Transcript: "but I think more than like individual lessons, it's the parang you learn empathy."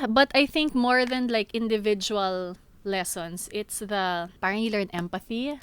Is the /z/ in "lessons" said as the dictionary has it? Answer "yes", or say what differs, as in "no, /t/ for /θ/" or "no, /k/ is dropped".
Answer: no, /s/ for /z/